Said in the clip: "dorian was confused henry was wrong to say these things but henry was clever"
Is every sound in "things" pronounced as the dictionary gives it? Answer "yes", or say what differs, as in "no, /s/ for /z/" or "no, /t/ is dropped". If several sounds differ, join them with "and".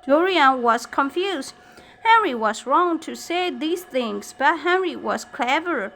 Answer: yes